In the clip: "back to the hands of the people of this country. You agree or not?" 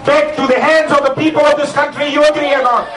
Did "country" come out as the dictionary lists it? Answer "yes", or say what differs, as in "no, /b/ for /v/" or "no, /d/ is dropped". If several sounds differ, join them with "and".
yes